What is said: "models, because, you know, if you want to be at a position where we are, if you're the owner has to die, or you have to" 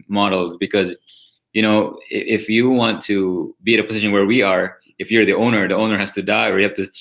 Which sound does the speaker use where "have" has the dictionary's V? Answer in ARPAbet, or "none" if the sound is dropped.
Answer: P